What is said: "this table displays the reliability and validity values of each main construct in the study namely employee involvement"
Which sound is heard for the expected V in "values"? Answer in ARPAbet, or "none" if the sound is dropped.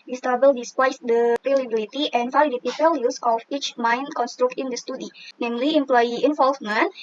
P